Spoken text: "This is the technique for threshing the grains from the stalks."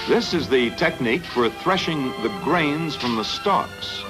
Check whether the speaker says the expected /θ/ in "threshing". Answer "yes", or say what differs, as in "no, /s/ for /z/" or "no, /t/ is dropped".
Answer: yes